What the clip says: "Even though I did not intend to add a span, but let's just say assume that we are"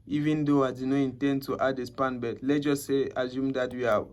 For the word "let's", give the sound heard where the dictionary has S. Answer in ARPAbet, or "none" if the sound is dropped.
none